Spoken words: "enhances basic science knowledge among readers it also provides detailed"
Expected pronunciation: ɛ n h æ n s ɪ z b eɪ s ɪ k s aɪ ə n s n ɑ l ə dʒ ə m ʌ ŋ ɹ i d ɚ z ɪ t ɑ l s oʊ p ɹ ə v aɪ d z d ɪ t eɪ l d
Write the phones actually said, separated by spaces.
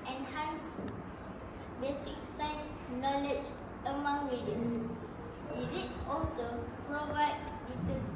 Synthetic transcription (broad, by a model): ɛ n h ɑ n s b eɪ s ɪ k s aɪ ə s n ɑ l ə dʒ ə m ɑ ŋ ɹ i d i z ɪ t ɑ l s oʊ p ɹ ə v aɪ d d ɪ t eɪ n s